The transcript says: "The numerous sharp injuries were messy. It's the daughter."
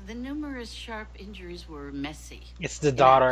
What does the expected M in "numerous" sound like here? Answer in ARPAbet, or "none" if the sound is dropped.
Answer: M